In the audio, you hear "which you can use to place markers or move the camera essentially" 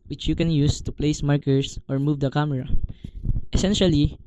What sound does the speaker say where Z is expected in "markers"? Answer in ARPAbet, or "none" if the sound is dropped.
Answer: S